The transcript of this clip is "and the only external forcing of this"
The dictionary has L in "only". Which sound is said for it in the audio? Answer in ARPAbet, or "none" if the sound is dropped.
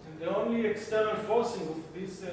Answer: L